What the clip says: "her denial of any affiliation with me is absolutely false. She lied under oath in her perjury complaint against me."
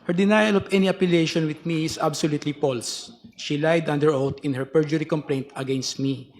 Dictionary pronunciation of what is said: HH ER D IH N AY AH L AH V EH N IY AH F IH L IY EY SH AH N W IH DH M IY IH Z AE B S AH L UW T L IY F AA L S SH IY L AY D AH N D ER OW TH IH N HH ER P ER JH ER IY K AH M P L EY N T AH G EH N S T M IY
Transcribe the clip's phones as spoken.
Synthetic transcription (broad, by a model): HH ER D IH N AY AH L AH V EH N IY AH P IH L EY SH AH N W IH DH M IY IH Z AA B S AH L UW T L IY P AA L S SH IY L AY D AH N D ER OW T IH N HH ER P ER JH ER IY K AH M P L EY N T AH G EH N S T M IY